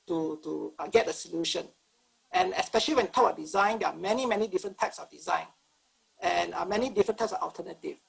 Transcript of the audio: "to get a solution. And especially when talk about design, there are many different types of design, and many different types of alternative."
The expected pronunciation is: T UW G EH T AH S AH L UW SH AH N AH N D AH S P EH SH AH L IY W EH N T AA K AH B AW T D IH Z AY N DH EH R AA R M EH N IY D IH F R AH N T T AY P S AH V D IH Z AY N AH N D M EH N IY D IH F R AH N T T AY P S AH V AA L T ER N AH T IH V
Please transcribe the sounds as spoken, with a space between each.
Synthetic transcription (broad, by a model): T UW G EH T AH S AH L UW SH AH N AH N AH S P EH SH AH L IY W EH N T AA AH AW D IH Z AY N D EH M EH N M EH N IY D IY F R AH N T T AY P S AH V D IH Z AY N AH N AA M EH N IY D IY F R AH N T T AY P S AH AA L T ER N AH T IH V